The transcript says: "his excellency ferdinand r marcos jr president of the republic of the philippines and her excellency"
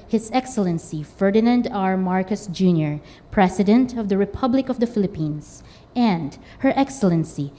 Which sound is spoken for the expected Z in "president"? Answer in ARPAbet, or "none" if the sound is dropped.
S